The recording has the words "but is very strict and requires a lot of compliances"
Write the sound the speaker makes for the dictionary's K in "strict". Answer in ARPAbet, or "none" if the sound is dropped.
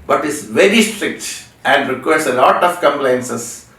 K